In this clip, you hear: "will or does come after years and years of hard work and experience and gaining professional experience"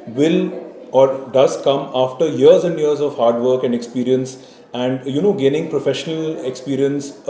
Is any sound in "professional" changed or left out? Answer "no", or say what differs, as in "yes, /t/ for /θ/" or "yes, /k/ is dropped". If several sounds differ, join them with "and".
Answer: no